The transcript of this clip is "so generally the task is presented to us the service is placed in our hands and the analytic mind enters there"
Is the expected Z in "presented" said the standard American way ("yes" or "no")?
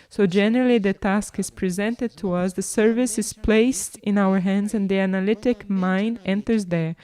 yes